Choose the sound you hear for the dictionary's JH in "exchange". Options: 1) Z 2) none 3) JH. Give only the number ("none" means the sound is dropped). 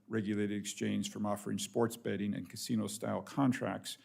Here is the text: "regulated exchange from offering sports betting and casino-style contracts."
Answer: 1